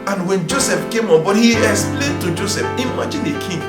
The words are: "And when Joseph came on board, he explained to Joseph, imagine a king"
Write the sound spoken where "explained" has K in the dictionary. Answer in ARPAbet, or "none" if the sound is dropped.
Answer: none